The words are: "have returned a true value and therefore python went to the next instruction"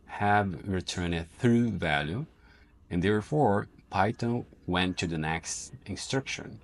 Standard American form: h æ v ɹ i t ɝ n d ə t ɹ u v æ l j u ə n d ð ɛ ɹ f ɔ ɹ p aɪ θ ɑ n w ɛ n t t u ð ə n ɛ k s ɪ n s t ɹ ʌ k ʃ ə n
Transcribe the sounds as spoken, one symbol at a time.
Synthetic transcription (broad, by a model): h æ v ɹ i t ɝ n ə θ ɹ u v æ l j u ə n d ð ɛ ɹ f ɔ ɹ p aɪ t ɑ w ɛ n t t u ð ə n ɛ k s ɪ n s t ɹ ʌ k ʃ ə n